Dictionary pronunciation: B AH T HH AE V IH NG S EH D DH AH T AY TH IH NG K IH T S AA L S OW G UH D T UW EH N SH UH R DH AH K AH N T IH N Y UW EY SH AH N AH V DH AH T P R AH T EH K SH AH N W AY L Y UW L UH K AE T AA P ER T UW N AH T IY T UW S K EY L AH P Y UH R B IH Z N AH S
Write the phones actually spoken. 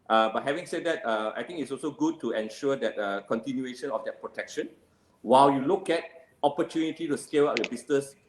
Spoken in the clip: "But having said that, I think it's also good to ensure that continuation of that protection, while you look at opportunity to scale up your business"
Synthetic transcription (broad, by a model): B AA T HH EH V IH NG S EH D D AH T AY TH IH NG IH T S AA L S OW G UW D T UW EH N SH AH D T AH K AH N T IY N Y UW EY SH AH N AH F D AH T P R AH T EH K SH AH N W AY L Y UW L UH K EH T AA P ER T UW N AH T IY T UW S K EY L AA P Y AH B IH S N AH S